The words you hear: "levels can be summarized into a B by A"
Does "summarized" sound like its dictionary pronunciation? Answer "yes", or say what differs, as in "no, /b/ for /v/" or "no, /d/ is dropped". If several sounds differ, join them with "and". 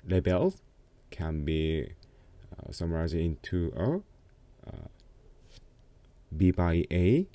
no, /d/ is dropped